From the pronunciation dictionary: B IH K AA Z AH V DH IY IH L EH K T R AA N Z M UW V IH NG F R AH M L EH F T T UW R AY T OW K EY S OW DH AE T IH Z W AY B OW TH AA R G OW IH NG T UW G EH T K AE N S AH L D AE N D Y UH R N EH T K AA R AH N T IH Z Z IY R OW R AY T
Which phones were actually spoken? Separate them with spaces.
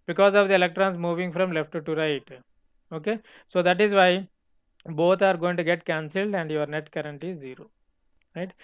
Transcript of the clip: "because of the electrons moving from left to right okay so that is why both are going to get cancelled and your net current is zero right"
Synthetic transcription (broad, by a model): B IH K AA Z AH V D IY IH L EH K T R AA N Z M UW V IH NG F R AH M L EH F T T UW R AY T OW K EY S OW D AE T IH Z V AY B OW T AA R G OW IH NG T UW G EH T K AE N S AH L D AE N D Y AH R N EH T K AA R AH N T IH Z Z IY R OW R AY T